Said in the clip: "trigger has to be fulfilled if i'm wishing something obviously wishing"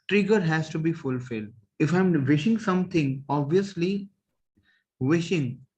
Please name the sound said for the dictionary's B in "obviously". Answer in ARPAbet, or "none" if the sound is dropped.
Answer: B